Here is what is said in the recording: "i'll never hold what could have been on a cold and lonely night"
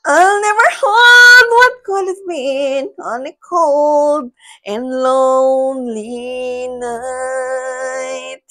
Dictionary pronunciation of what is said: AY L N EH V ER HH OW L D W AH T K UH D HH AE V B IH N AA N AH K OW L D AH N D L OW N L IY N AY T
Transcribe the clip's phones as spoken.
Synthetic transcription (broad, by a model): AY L N EH V ER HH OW D W AH T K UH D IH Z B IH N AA N AH K OW L D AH N L OW N L IY N AY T